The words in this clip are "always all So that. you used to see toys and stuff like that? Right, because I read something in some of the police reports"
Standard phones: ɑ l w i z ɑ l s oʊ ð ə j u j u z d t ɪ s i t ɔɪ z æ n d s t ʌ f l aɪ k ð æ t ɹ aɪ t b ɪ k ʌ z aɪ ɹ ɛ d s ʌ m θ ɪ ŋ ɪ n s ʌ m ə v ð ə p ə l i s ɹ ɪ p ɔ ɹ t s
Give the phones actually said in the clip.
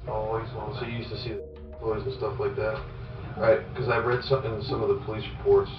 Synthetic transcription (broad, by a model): ɑ l w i z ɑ n s oʊ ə j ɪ j u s t ɪ s i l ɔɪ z n s t ʌ f l aɪ k ð æ t ɹ aɪ t k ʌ z aɪ ɹ ɛ d s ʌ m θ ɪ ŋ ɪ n s ʌ m ə v ð ə p ə l i s ɹ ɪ p ɔ ɹ t s